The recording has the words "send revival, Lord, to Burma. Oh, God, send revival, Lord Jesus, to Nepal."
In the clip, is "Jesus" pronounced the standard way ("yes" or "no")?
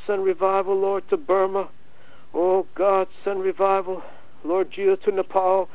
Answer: no